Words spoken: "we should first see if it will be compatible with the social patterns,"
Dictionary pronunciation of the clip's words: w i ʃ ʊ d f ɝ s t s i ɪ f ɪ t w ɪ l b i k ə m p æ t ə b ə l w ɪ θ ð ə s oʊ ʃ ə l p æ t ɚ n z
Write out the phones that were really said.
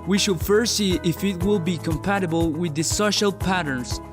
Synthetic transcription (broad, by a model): w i ʃ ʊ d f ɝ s s i ɪ f ɪ t w ɪ l b i k ə m p æ t ə b ə l w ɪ ð ə s oʊ ʃ ə l p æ t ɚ n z